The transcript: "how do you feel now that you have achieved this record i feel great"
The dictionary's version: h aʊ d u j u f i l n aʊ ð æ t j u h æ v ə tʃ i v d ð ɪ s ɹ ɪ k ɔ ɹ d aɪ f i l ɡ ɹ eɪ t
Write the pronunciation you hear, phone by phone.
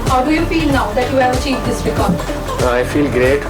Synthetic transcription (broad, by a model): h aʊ d u j u f i l n aʊ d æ t j u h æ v ə tʃ i v d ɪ s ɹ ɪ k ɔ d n aɪ f i l ɡ ɹ eɪ t